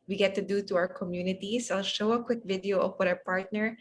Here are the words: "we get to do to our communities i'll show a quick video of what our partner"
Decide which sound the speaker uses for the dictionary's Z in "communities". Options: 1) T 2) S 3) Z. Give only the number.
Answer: 2